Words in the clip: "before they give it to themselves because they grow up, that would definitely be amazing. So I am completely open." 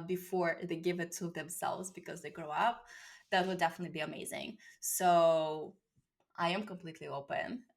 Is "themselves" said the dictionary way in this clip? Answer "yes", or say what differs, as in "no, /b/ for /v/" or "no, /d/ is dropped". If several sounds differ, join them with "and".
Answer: yes